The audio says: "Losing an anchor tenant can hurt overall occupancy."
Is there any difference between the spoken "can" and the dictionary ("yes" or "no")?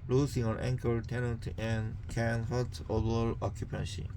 no